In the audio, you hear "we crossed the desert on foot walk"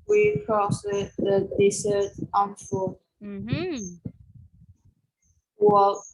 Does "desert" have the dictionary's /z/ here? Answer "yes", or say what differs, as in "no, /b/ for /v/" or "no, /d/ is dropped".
no, /s/ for /z/